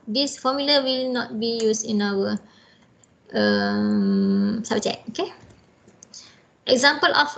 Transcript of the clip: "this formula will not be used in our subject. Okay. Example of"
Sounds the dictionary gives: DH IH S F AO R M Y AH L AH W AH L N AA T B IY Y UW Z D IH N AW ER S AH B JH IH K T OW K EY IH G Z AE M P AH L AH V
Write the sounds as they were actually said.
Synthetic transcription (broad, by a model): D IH S F AO M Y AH L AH W AH L N AA T B IY Y UW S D IH N AW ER S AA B CH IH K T OW K EY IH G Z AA M P AH L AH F